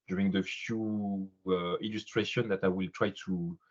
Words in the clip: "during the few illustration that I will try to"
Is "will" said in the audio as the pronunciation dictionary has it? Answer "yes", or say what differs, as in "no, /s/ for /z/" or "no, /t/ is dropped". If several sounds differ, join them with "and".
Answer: yes